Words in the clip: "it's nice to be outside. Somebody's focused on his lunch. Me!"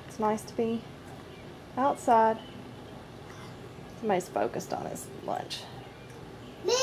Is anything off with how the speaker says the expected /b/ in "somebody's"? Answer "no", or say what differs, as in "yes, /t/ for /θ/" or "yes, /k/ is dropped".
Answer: yes, /b/ is dropped